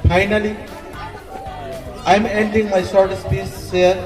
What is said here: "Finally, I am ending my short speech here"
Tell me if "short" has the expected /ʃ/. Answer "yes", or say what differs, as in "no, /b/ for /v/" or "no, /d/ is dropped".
no, /s/ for /ʃ/